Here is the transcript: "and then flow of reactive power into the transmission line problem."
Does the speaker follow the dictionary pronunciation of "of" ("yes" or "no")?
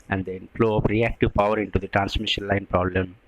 no